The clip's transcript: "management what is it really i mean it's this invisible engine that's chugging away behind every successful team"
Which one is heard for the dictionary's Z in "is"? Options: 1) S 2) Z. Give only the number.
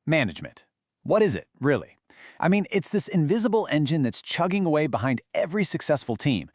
2